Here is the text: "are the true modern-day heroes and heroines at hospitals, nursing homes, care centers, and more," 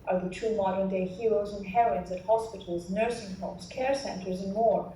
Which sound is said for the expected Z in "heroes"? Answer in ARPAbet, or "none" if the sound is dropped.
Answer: Z